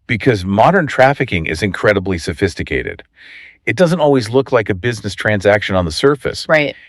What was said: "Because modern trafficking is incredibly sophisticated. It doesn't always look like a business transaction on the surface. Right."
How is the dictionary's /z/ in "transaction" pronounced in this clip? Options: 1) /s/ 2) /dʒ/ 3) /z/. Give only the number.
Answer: 3